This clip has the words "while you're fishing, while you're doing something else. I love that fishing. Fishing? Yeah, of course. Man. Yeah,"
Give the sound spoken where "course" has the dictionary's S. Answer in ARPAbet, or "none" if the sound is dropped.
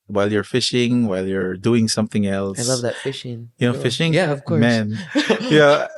none